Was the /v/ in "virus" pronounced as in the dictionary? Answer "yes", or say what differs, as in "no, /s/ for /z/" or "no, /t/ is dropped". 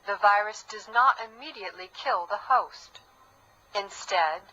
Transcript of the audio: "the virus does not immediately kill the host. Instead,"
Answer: yes